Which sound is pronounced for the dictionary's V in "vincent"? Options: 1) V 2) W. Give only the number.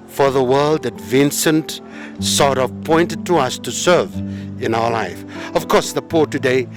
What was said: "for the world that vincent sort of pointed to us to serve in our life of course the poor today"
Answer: 1